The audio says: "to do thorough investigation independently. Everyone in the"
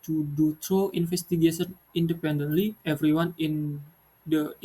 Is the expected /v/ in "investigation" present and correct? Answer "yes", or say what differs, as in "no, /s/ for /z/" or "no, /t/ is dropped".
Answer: no, /f/ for /v/